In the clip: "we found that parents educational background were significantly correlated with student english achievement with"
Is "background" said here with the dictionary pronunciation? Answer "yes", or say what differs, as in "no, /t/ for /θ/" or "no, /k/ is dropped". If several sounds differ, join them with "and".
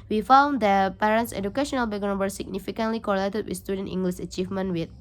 no, /ɹ/ is dropped